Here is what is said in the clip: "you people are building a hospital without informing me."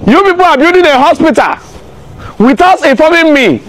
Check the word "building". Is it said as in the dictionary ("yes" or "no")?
no